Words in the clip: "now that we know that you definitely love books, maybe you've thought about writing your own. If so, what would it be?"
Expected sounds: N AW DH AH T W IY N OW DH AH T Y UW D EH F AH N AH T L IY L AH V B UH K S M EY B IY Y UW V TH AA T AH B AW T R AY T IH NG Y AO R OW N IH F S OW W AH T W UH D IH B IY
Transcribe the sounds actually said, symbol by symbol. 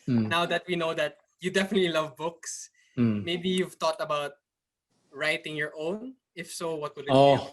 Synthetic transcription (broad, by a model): N AW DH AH T W IY N OW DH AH T Y UW D EH F AH N AH T L IY L AH V B UH K S M EY B IY Y UW V T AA T AH B AW T R AY T IH NG Y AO R OW N IH F S OW W AH T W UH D IH